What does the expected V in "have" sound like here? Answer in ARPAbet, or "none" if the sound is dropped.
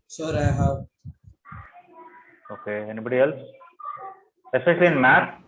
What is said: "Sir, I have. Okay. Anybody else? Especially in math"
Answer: W